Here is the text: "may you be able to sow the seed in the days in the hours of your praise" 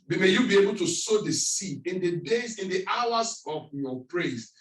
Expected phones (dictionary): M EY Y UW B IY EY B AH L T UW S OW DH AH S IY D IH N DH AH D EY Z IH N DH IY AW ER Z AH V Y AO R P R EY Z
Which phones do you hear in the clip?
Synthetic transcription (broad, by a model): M EY Y UW B IY EY B AH L T UW S OW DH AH S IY IH N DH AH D EY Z IH N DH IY AW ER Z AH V Y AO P R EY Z